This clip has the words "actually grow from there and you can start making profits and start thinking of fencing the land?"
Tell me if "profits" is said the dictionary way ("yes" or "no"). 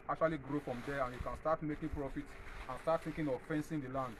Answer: no